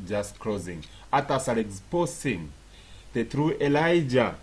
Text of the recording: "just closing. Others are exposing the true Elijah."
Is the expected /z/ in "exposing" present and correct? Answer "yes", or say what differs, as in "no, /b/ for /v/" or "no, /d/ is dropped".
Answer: no, /s/ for /z/